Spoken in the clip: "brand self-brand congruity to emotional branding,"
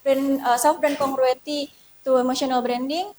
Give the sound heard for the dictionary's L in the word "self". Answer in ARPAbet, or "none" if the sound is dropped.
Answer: none